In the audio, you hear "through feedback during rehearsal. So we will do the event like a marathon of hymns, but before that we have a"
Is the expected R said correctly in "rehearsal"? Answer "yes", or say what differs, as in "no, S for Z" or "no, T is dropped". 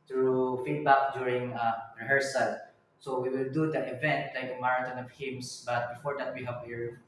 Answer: yes